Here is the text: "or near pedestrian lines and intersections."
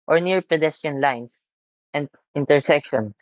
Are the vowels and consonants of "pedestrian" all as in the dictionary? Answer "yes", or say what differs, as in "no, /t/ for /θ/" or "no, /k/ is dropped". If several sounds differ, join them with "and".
no, /ɹ/ is dropped